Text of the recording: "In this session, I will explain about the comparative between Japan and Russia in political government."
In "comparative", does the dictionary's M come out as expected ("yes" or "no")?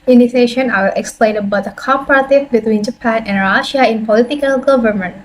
no